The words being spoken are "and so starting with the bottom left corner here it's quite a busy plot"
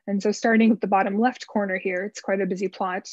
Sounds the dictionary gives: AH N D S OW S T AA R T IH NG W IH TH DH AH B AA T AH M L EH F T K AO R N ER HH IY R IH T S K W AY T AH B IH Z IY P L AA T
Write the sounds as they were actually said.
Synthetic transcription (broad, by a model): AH N S OW S T AA R T IH NG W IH DH AH B AA T AH M L EH F T K AO R N ER HH IY R IH T S K W AY T AH B IH Z IY P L AA T